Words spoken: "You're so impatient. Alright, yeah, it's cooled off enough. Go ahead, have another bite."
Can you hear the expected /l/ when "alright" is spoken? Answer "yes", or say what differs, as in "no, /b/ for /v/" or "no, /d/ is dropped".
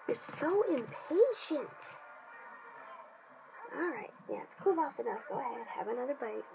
yes